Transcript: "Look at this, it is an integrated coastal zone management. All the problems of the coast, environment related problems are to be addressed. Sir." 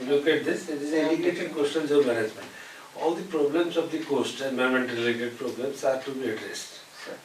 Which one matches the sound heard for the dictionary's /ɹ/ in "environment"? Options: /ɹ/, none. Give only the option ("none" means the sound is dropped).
none